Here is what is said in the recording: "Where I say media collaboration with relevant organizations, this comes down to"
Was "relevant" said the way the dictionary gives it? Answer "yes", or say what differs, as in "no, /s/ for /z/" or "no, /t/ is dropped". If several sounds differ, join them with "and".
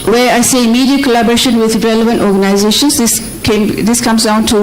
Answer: yes